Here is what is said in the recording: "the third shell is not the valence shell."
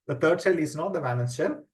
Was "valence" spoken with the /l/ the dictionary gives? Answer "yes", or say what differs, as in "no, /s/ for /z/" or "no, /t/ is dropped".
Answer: no, /n/ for /l/